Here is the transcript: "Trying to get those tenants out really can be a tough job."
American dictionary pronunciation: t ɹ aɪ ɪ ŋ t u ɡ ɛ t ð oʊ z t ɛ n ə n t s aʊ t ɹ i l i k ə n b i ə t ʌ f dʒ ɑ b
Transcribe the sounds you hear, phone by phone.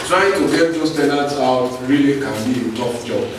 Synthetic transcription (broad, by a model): t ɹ aɪ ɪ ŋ t u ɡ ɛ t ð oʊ s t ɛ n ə t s aʊ t ɹ i l i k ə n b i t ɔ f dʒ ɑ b